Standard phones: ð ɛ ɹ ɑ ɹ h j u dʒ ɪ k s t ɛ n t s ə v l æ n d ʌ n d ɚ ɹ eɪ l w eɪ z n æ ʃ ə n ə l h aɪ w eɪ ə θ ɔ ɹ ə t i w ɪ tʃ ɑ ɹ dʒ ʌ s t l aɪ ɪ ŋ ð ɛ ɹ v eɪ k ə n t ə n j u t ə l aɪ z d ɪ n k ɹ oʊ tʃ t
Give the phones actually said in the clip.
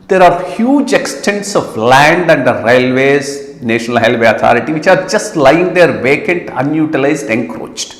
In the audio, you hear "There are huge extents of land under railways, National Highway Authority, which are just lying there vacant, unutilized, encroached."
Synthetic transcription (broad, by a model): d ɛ ɹ ɑ ɹ h j u dʒ ɪ k s t ɛ n t s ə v l æ n d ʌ n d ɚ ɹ eɪ l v eɪ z n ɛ ʃ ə n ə l h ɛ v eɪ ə t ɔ ɹ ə t i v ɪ tʃ ɑ ɹ dʒ ʌ s t l aɪ ɪ ŋ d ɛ ɹ v eɪ k ə n t ə n j u t ə l aɪ z d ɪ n k ɹ oʊ tʃ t